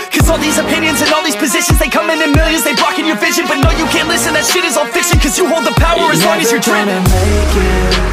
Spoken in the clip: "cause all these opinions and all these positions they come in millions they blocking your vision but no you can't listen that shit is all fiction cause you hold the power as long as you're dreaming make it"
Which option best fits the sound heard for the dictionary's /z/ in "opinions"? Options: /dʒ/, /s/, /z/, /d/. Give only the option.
/z/